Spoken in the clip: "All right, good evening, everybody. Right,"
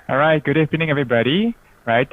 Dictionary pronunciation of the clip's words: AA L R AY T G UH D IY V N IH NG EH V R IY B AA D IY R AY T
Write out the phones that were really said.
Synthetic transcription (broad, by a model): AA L R AY T G UH D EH P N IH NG EH V R IY B AA D IY R AY T